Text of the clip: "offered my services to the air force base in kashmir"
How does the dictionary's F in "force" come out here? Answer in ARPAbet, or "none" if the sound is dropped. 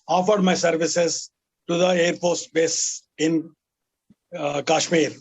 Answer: P